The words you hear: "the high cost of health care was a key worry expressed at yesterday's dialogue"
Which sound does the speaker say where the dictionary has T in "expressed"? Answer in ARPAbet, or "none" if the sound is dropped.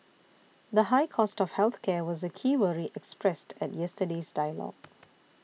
T